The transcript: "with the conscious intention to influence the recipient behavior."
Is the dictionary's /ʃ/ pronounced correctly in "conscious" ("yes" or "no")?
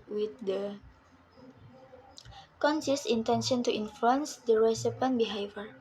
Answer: no